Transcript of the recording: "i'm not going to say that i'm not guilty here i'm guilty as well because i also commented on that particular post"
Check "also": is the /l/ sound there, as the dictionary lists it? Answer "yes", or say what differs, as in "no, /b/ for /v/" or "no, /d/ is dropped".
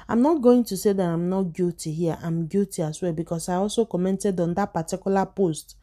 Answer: yes